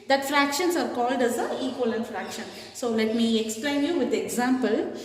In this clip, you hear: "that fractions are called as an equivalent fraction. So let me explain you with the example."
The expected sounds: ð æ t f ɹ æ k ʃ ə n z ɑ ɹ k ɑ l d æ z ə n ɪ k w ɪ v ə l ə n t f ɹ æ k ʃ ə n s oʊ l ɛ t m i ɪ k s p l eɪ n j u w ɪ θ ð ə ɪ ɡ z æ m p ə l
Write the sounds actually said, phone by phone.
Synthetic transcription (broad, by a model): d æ t f ɹ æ k ʃ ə n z ɑ ɹ k ɑ l d æ z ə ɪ k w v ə l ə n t f ɹ æ k ʃ ə n s oʊ l ɛ t m i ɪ k s p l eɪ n j u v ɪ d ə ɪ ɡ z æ m p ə l